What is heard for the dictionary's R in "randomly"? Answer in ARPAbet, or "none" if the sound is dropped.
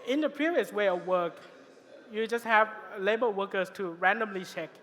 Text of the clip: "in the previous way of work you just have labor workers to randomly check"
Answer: R